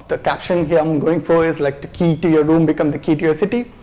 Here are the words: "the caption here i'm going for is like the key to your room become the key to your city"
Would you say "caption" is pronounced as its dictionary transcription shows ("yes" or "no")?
yes